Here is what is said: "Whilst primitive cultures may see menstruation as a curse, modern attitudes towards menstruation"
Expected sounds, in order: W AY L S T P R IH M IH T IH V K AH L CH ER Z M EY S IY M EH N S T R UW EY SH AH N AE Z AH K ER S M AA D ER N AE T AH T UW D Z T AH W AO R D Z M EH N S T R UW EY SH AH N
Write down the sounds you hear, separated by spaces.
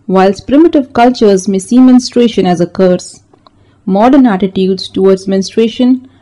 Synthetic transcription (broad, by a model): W AY L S P R IH M IH T IH V K AH L CH ER Z M EY S IY M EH N S T R EY SH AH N AE Z AH K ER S M AA D ER N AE T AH T UW D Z T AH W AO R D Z M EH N S T R EY SH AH N